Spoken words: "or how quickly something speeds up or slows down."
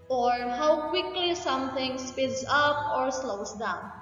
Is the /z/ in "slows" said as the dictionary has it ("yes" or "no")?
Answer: no